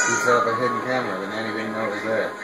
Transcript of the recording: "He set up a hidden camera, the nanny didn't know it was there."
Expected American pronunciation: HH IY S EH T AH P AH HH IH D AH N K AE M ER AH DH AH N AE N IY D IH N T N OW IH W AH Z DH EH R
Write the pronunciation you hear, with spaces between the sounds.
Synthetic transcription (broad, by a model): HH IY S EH AH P AH HH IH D N K AE M ER AH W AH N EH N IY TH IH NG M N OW IH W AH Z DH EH